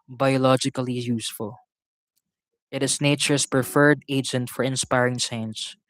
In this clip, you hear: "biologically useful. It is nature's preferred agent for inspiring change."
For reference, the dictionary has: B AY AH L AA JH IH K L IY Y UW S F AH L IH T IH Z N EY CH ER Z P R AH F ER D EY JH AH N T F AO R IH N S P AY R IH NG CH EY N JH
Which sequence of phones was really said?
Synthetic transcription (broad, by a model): B AY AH L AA JH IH K L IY Y UW S F AH L IH T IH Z N EY CH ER S P R AH F ER D EY JH AH N T F AO R IH N S P AY R IH NG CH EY N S